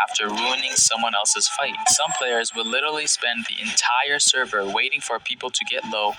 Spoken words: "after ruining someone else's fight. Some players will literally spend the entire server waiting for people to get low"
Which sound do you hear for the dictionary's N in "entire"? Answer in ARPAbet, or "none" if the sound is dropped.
N